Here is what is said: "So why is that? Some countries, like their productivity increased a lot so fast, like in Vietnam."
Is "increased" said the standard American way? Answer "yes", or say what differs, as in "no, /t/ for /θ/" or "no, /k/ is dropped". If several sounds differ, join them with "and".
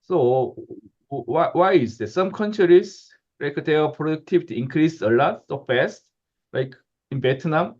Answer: no, /t/ is dropped